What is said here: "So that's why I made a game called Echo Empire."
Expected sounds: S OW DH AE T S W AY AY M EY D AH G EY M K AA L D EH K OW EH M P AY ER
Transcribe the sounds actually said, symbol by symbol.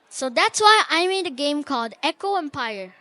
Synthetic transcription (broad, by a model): S OW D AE T S W AY AY M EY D AH G EY M K AA L D EH K OW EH M P AY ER